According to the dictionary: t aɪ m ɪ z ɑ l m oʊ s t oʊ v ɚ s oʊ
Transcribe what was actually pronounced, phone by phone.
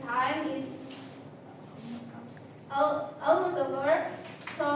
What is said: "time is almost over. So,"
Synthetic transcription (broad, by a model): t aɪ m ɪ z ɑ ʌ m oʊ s oʊ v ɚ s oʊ